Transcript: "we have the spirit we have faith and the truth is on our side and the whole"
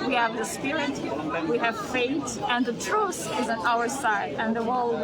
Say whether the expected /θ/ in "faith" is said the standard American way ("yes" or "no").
no